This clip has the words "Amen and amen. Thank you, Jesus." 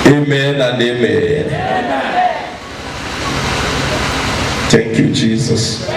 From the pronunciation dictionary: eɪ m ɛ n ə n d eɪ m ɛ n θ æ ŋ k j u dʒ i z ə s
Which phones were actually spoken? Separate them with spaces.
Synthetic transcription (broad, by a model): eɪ m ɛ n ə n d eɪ m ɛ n t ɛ ŋ k j u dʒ i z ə s